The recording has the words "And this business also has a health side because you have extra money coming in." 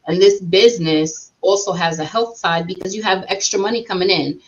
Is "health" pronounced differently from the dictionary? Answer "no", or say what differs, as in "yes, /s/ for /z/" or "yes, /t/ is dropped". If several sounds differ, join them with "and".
no